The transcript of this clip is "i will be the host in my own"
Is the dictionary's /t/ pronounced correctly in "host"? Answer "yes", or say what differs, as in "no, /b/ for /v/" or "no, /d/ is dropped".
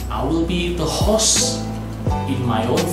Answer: no, /t/ is dropped